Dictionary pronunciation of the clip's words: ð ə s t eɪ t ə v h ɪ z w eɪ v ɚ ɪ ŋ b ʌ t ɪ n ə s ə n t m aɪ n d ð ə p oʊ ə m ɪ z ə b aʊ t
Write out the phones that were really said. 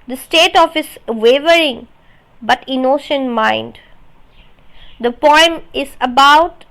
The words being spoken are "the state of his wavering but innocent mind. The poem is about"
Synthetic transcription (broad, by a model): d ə s t eɪ t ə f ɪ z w eɪ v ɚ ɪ ŋ b ʌ t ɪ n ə ʃ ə n m aɪ n d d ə p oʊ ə m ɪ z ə b aʊ t